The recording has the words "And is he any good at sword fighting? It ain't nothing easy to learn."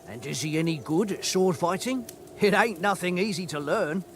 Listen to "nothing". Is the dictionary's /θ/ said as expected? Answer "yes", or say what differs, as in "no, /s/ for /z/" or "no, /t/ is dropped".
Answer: yes